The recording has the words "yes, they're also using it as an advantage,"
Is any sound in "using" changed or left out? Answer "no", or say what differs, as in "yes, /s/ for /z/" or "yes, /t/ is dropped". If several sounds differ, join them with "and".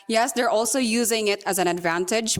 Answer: no